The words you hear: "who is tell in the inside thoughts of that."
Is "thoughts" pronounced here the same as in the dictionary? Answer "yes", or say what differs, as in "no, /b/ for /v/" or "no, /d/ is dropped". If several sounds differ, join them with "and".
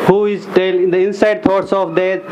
no, /t/ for /θ/